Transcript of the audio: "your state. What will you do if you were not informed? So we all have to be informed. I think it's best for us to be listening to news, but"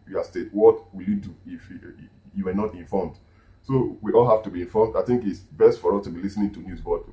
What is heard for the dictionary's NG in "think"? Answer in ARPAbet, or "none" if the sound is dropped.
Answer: NG